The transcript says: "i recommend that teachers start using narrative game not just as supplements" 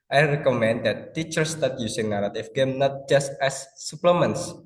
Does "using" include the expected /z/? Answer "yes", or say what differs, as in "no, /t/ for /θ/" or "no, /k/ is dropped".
no, /s/ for /z/